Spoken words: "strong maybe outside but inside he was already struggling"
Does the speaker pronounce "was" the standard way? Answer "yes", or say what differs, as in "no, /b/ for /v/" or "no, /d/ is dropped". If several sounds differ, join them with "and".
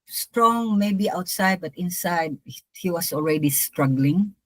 no, /s/ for /z/